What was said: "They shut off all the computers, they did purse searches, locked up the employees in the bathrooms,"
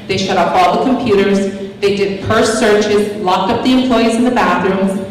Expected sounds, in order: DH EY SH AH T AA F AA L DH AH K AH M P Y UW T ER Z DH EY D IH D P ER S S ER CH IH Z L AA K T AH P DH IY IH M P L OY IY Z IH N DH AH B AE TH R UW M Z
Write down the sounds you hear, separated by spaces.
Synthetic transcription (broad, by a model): DH EY SH AH T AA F AA L DH AH K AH M P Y UW T ER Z DH EY D IH D P ER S S ER CH IH Z L AA K T AH P DH IY IH M P L OY IY Z IH N DH AH B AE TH R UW M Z